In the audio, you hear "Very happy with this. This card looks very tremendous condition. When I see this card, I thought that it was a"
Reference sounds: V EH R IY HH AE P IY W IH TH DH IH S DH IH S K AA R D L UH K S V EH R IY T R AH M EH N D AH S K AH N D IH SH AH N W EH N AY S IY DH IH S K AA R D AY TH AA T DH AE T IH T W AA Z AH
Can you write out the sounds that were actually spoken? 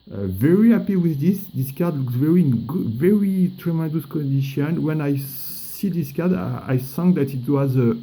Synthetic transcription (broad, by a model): V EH R IY HH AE P IY W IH DH IH S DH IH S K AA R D L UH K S V EH R IY T R AH M EH N D AH S K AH N D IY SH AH N W EH N AY S IY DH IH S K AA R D AY S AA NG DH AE T IH T W AA Z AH